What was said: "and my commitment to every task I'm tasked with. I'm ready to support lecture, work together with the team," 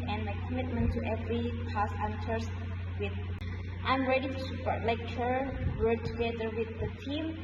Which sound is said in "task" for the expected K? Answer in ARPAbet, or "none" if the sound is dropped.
none